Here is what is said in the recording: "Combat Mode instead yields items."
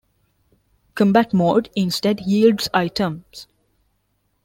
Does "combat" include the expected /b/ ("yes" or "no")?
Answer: yes